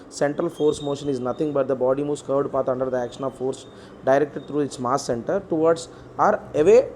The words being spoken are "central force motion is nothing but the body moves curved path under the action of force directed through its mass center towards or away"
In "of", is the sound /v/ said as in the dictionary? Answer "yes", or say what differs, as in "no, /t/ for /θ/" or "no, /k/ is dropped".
yes